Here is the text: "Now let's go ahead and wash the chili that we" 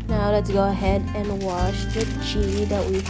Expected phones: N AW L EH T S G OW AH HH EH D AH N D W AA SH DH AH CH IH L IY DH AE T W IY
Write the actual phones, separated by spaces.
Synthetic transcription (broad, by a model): N AW L EH T S G OW AH HH EH D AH N W AA SH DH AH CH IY IY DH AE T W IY